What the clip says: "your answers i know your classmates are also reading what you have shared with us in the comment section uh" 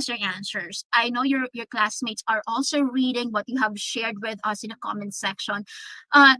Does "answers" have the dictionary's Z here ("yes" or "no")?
no